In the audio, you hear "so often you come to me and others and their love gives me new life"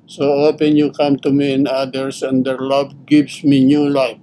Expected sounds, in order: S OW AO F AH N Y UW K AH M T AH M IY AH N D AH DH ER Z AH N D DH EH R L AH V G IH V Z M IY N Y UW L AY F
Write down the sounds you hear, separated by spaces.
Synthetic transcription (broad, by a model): S OW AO P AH N Y UW K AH M T AH M IY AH N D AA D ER S AH N D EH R L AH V G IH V S M IY N Y UW L AY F